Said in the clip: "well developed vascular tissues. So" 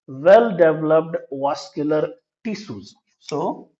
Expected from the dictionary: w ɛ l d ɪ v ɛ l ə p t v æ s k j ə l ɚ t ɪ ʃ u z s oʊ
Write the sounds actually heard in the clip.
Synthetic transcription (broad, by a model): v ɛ l d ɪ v l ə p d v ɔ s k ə l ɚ t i s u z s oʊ